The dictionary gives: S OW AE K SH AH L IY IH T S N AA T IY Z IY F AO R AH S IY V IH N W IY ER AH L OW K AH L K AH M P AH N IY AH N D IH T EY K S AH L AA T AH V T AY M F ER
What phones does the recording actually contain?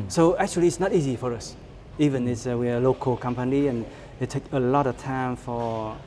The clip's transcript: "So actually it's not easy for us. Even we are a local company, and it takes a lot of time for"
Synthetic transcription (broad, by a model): S OW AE K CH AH L IY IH T S N AA T IY Z IY F AO R AH S IY V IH N W IY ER AH L OW K AH L K AH M P AH N IY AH N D IH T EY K AH L AA T AH V T AY M F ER